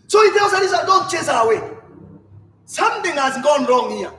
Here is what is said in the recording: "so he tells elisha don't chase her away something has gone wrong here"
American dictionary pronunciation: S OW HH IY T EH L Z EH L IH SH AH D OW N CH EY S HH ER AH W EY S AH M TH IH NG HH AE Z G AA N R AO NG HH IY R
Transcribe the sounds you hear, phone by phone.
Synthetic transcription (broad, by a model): S OW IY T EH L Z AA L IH S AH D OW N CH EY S AH W EY S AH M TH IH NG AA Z G AA N R AO NG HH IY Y